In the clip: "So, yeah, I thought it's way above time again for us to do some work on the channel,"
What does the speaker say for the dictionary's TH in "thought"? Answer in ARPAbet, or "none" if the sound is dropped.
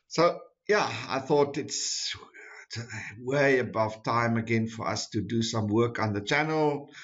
TH